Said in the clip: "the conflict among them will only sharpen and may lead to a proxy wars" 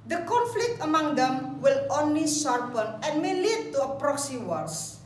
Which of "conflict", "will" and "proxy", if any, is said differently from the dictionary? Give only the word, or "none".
none